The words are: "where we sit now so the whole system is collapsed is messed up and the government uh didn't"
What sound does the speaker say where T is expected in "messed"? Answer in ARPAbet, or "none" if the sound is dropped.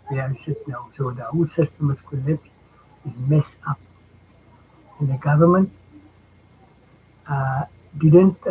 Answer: none